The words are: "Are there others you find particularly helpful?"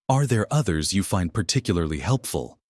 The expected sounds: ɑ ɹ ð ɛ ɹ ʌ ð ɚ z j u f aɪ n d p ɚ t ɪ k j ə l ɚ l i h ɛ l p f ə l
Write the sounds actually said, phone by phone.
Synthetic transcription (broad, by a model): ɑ ɹ ð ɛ ɹ ʌ ð ɚ z j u f aɪ n d p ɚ t ɪ k j l ɚ l i h ɛ l p f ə l